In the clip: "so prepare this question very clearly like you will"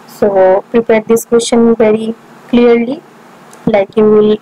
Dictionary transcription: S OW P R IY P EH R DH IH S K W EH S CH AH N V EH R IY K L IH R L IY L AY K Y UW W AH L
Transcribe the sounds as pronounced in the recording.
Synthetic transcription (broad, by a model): S OW P R IY P EH R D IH S K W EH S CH AH N V EH R IY K L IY R L IY L AY K Y UW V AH L